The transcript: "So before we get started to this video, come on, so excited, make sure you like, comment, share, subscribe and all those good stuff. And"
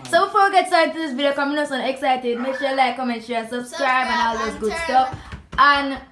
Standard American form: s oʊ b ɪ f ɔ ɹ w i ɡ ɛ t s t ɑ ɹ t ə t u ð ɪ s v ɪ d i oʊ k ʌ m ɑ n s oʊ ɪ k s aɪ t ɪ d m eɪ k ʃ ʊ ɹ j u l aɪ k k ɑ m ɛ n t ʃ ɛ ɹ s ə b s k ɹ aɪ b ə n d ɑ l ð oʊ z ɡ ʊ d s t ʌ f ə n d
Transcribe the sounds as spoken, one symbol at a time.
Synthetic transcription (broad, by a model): s oʊ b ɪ f ɔ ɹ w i ɡ ɛ t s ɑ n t t u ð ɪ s b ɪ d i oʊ k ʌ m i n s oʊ ɪ k s aɪ t ɪ d m eɪ k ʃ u l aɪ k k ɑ m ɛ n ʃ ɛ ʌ s ə b s k ɹ aɪ b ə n ɑ l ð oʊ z ɡ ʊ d s t ʌ f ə n